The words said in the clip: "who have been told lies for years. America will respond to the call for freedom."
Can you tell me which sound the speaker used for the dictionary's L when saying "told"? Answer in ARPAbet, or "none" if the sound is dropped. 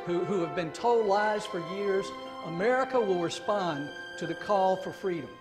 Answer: none